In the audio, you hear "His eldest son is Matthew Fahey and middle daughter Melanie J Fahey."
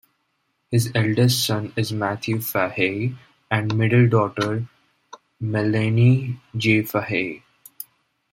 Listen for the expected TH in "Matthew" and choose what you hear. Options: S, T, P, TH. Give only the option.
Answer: T